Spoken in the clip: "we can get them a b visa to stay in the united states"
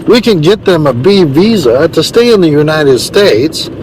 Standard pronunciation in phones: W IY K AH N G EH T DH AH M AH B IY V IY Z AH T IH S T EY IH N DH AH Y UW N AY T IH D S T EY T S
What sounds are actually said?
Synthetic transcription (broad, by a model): W IY K AH N G EH T DH AH M AH B IY V IY Z AH T IH S T EY IH N DH AH Y UW N AY T IH D S T EY T S